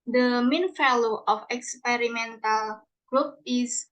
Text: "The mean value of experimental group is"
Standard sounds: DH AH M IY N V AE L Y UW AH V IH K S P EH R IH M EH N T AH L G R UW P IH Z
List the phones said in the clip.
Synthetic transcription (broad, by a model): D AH M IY N F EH L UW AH F IH K S P EH R IH M EH N T AH L G R UW P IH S